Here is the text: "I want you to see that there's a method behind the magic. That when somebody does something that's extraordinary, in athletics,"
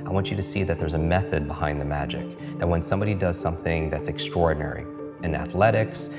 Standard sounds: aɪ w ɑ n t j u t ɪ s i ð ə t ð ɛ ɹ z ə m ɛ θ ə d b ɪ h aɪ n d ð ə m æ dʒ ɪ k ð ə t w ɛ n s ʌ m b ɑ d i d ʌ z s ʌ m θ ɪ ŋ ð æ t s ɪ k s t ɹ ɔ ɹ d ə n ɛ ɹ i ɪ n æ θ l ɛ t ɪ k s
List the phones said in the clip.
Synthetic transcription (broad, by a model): aɪ w ɑ n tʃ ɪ t ɪ s i ð ə t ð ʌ ɹ z ə m ɛ θ ə d b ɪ h aɪ n ð ə m æ dʒ ɪ k ð ə t w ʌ n s ʌ m b ɑ d i d ʌ z s ʌ m θ ɪ ŋ ð æ t s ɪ k s t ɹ ɔ ɹ d n ɛ ɹ i ɪ n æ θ l ɛ t ɪ k s